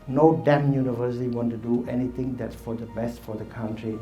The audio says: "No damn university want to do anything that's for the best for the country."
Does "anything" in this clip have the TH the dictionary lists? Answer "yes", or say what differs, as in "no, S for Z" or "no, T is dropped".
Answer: no, T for TH